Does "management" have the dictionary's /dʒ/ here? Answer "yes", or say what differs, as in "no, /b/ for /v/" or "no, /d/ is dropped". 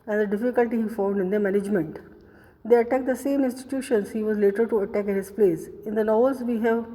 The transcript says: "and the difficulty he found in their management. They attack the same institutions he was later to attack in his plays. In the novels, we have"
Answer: yes